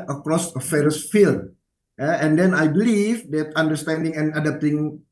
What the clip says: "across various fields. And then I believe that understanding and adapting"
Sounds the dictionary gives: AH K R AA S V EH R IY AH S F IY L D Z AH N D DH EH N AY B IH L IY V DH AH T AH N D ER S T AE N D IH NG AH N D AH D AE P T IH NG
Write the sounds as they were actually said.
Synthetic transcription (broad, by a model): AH K R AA S F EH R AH S F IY L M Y AH N D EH N AY B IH L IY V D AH T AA N D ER S T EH N D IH NG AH N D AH D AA P T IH NG